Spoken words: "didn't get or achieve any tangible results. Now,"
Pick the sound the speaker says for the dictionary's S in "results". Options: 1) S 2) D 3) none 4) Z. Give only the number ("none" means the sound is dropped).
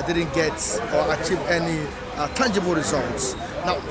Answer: 1